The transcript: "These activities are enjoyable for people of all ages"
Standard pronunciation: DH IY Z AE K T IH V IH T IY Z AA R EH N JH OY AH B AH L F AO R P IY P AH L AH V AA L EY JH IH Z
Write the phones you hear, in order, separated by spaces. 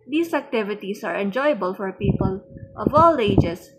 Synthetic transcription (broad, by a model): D IY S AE K T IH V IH T IY S AA R EH N JH OY AH B AH L F AO R P IY P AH L AH V AA L EY JH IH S